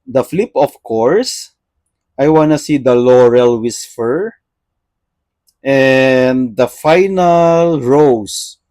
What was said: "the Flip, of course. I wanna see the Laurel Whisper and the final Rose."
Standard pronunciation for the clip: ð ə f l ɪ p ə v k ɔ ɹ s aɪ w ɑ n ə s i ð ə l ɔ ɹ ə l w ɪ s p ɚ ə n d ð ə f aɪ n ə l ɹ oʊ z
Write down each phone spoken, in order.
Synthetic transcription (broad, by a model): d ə f l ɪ p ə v k ɔ ɹ s aɪ w ɑ n ə s i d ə l ɔ ɹ ə l w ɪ s f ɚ ə n d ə f aɪ n ə l ɹ oʊ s